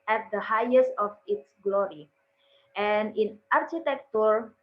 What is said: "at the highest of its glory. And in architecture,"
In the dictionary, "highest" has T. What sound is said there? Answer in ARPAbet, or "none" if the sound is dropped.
T